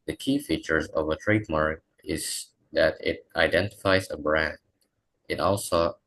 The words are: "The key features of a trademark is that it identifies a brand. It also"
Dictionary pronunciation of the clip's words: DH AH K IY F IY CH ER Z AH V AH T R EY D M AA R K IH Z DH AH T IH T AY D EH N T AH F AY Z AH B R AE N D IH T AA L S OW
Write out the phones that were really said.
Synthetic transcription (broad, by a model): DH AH K IY F IY CH ER Z AH V AH T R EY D M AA R K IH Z DH AH T IH T AY D EH N T AH F AY Z AH B R AE N D IH T AA L S OW